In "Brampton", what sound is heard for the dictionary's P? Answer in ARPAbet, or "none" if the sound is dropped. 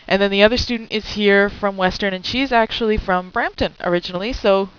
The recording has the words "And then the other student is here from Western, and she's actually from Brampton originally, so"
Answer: P